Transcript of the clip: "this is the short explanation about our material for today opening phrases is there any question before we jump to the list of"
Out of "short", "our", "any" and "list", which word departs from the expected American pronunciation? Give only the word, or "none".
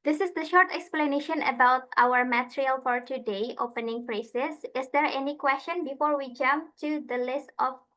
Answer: none